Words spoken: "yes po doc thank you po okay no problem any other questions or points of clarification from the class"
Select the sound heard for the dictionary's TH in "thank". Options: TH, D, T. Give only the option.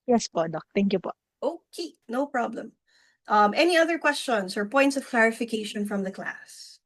T